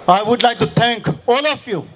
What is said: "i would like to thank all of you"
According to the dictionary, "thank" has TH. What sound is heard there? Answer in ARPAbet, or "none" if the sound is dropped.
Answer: T